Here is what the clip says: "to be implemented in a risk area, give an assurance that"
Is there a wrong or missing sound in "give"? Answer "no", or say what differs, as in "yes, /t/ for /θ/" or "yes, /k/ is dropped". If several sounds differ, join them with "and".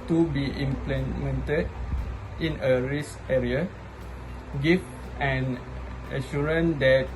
yes, /f/ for /v/